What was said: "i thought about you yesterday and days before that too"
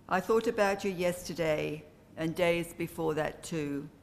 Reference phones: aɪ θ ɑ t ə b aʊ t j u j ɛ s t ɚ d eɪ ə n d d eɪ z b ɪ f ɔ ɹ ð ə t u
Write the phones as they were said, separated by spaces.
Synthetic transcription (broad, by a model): aɪ θ ɑ t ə b aʊ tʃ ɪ j ɛ s t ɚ d eɪ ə n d d eɪ z b ɪ f ɔ ɹ ð ə t u